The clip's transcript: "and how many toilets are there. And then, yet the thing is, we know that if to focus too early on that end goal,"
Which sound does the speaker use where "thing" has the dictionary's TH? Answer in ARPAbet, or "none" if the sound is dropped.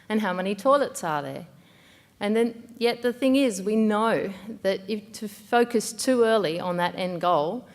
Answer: TH